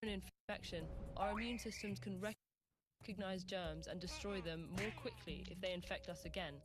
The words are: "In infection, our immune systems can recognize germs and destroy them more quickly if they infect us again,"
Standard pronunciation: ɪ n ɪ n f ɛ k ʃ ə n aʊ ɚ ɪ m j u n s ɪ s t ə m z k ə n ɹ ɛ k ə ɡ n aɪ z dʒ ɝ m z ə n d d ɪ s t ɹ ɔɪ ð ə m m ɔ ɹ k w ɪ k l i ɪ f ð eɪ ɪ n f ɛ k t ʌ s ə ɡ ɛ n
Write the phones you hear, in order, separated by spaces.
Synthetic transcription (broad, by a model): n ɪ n f ɛ k ʃ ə n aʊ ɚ ɪ m j u n s ɪ s t ə m z k ə n ɹ ɛ k ə ɡ n aɪ z dʒ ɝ m z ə n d d ɪ s t ɹ ɔɪ ð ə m m ɔ k w ɪ k l i ɪ f ð eɪ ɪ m f ɛ k t ʌ s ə ɡ ɛ n